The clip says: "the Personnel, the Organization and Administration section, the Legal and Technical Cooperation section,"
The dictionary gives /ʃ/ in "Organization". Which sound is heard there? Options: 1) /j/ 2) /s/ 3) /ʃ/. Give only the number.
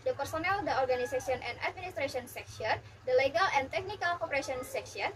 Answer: 2